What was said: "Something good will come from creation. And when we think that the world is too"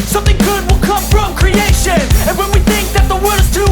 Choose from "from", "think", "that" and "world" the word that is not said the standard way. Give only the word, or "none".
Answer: world